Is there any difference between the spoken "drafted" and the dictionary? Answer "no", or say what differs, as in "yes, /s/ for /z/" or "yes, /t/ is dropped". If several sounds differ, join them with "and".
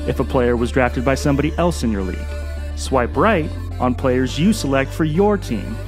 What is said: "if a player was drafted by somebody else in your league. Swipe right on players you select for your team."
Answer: no